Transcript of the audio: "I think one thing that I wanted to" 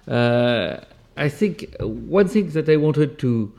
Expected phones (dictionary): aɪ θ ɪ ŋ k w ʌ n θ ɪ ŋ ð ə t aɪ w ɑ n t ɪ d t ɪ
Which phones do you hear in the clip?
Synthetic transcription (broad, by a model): aɪ θ ɪ ŋ k w ʌ n θ ɪ ŋ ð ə t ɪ w ɑ n t ɪ d t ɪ